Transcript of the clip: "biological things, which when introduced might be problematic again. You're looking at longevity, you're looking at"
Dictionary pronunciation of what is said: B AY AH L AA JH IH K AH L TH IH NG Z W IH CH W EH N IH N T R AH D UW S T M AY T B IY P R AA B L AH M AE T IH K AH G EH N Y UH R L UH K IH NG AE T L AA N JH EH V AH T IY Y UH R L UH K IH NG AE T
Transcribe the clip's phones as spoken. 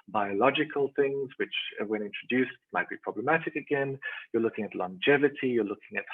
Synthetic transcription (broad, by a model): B AY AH L AA JH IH K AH L TH IH NG Z W IH CH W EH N IH N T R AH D UW S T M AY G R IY P R AA B L AH M AE T IH K AH G EH N Y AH R L UH K IH NG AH T L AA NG JH EH V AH T IY Y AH R L UH K IH NG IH T